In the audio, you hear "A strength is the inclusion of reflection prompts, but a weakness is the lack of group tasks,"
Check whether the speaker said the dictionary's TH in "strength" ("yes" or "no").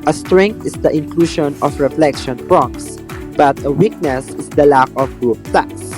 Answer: no